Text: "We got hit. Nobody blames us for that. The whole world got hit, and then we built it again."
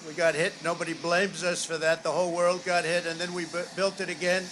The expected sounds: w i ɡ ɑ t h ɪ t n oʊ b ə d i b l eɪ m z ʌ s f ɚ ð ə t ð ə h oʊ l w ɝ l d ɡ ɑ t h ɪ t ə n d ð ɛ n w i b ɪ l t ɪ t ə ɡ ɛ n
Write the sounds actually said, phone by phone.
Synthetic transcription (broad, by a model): w i ɡ ɑ t h ɪ t n oʊ b ə d i b l eɪ m z ʌ s f ɚ ð ə t ð ə h oʊ l w ɝ l d ɡ ɑ t h ɪ t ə n ð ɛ n w i b ɪ l t ɪ t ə ɡ ɛ n